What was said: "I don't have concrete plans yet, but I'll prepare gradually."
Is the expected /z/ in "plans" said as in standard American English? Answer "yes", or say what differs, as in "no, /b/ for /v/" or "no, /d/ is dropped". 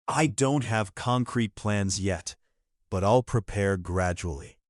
yes